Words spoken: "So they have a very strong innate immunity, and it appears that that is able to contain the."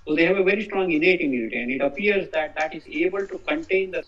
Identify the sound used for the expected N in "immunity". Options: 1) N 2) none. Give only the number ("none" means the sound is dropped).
2